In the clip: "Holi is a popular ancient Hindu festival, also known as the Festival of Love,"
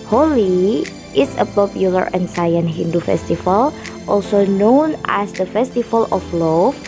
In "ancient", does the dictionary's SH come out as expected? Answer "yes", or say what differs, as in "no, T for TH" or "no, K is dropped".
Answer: no, S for SH